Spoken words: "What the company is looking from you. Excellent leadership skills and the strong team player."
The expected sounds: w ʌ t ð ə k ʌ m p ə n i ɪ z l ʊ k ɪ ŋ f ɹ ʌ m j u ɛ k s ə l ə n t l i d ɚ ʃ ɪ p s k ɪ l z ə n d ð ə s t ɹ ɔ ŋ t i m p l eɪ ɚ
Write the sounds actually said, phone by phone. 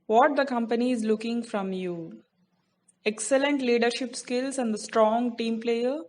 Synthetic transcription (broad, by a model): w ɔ t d ə k ʌ m p ə n i ɪ z l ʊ k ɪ ŋ f ɹ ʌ m j u ɛ k s ə l ə n t l i d ɚ ʃ ɪ p s k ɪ l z ə n d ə s t ɹ ɔ ŋ t i m p l eɪ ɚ